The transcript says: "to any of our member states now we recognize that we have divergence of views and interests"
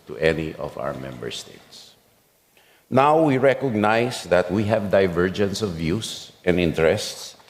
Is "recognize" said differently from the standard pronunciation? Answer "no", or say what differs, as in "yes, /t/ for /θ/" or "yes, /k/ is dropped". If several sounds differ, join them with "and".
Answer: yes, /s/ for /z/